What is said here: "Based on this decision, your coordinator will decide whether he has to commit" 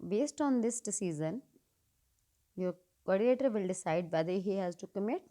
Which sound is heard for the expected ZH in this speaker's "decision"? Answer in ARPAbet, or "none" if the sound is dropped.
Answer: Z